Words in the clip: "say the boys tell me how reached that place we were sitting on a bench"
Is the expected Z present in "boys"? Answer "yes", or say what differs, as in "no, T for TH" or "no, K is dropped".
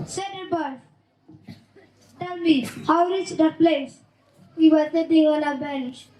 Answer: no, Z is dropped